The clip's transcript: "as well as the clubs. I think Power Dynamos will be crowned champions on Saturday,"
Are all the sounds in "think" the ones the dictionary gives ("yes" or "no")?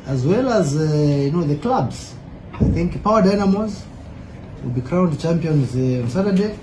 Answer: yes